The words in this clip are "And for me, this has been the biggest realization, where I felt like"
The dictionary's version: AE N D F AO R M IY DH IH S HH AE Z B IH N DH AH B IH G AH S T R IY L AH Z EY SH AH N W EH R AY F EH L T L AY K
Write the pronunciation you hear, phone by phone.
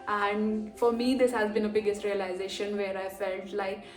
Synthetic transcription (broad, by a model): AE N D F AO R M IY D IH S HH AE Z B IH N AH B IH G AH S T R IY L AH Z EY SH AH N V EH R AY F EH L T L AY K